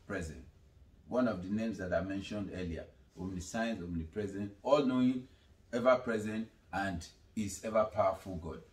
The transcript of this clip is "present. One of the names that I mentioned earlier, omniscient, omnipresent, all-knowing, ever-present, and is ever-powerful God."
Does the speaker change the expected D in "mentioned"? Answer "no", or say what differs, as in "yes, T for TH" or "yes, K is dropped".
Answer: no